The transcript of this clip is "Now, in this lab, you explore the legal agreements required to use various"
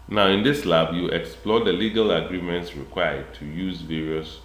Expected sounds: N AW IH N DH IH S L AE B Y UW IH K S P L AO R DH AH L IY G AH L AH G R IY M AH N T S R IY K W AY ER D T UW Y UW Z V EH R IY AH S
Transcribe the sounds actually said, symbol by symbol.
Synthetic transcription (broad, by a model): N AW IH N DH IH S L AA B Y UW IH K S P L AO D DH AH L IY G AH L AH G R IY M AH N T S R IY K W AY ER D T UW Y UW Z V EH R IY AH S